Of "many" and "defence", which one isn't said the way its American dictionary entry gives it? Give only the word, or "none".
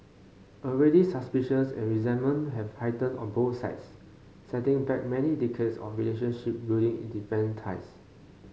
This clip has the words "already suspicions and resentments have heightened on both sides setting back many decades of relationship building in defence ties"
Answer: defence